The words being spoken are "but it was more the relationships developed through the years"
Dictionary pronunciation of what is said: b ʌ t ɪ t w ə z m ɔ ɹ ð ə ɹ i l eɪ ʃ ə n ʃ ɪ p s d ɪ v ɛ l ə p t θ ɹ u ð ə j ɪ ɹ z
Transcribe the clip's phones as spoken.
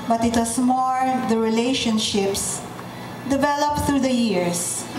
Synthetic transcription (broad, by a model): b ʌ t ɪ t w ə s m ɔ ɹ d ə ɹ i l eɪ ʃ ə n ʃ ɪ p s d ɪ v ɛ l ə p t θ ɹ u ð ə j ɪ ɹ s